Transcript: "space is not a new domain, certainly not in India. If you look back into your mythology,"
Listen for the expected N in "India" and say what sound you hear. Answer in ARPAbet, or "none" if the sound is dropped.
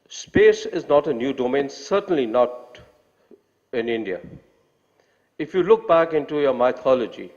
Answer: N